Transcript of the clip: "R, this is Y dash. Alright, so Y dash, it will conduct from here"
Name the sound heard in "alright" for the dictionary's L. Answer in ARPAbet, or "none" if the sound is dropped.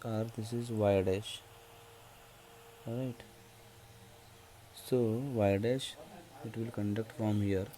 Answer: none